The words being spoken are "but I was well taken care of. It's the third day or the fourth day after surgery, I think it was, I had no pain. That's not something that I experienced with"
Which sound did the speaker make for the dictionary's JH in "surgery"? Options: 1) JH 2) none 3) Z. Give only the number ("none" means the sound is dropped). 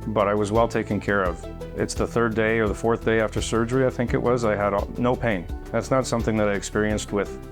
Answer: 1